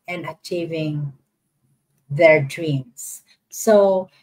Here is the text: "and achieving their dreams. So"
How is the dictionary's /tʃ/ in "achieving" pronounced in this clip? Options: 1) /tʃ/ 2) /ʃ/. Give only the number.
1